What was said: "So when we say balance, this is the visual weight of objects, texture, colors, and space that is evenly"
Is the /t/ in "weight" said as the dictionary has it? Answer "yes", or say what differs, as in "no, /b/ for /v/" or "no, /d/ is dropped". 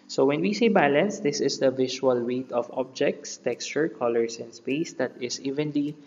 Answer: yes